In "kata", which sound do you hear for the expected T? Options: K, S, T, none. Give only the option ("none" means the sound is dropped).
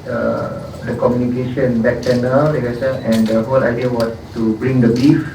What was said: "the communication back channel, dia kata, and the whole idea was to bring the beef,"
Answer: S